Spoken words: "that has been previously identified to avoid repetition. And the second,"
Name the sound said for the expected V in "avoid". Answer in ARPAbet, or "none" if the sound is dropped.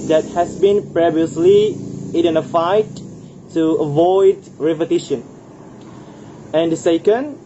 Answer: V